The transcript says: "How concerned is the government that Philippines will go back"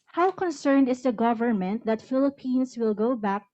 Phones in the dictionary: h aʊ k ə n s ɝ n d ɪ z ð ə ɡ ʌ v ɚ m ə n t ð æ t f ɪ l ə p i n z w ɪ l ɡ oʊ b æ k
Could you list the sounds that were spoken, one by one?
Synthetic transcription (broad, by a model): h aʊ k ə n s ɝ n d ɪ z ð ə ɡ ʌ v ɚ m ə n t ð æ t f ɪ l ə p i n s w ɪ l ɡ oʊ b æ k